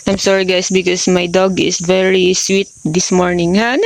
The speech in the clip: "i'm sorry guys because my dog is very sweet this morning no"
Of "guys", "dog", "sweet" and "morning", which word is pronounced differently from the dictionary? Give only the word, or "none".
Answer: guys